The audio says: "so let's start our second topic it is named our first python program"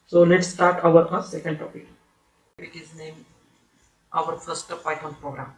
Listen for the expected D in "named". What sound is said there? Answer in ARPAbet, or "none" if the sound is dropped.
none